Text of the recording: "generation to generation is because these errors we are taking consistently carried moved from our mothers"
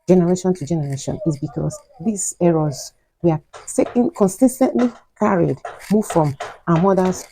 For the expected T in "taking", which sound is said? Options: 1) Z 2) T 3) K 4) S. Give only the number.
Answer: 4